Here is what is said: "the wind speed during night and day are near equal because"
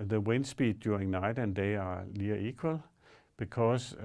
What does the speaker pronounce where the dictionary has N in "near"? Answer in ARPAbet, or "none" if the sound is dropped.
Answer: L